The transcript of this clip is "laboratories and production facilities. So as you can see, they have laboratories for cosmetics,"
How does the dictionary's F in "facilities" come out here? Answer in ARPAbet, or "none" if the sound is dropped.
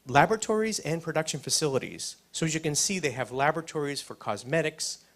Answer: F